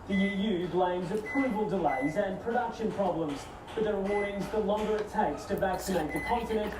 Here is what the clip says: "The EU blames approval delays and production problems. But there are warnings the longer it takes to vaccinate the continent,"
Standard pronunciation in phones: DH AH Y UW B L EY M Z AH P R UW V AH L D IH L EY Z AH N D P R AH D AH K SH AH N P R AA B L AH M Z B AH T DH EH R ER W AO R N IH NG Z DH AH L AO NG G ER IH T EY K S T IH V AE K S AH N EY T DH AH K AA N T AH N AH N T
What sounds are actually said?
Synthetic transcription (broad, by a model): DH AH Y UW B L EY M Z AH P R UW V AH L D IH L EY Z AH N P R AH D AH K SH AH N P R AA B L AH M Z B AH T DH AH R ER W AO R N IH NG Z DH AH L AO NG G ER IH T EY K S T IH V AE K S AH N EY T DH AH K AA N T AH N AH N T